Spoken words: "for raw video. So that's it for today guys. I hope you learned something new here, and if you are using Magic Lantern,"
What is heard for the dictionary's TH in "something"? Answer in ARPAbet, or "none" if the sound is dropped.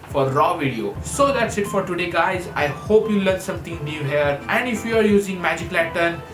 T